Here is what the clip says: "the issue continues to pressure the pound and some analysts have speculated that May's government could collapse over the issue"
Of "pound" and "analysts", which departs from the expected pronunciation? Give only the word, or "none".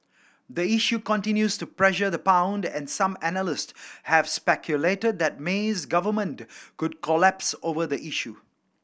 none